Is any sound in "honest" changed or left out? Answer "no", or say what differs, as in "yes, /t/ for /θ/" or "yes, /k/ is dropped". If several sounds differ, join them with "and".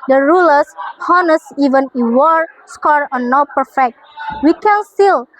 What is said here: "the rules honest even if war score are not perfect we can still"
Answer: yes, /t/ is dropped